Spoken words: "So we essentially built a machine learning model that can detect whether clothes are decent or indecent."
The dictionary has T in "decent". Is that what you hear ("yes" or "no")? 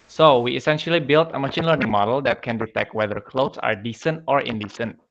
yes